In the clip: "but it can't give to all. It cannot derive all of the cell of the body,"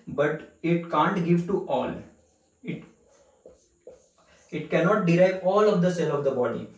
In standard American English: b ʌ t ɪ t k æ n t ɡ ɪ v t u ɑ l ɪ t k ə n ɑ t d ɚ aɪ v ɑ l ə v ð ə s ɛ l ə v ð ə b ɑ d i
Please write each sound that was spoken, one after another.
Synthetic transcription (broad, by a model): b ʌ t ɪ t k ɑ n t ɡ ɪ v t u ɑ l ɪ t k ə n ɑ t d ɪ aɪ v ɑ l ə v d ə s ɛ n ə v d ə b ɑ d i